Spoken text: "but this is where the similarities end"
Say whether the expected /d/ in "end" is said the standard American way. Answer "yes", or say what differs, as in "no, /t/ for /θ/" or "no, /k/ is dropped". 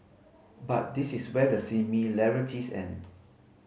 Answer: no, /d/ is dropped